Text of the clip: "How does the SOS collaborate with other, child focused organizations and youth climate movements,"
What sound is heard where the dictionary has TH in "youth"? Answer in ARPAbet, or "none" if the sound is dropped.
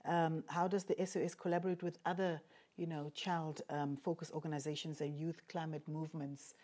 TH